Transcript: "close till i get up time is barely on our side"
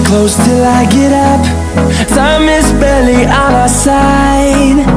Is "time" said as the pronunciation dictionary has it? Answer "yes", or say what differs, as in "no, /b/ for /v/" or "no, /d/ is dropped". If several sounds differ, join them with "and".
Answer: no, /s/ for /t/